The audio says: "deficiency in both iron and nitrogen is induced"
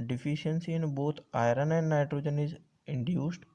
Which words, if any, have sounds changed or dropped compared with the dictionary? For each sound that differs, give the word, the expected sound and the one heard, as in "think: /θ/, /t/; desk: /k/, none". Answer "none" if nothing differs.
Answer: both: /θ/, /t/